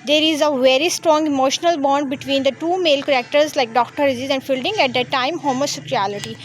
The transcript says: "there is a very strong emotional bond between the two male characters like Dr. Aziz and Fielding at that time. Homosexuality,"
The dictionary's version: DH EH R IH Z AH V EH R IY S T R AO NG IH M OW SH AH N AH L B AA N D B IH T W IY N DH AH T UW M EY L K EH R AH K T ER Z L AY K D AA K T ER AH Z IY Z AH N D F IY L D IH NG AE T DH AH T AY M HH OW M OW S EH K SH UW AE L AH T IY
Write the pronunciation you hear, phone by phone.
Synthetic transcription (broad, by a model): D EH R IH Z AH V EH R IY S T R AO NG IH M OW SH AH N AH L B AA N D B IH T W IY N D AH T UW M EY L K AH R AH K T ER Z L AY K D AA K T ER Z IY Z AH N D F IY L D IH NG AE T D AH T AY M HH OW M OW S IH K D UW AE L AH T IY